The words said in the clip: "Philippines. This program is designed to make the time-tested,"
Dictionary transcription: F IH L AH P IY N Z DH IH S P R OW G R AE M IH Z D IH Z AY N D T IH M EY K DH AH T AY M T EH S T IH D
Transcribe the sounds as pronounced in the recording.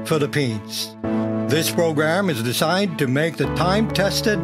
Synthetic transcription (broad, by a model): F IH L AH P IY N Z DH IH S P R OW G R AE M IH Z D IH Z AY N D T IH M EY K DH AH T AY M T EH S T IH D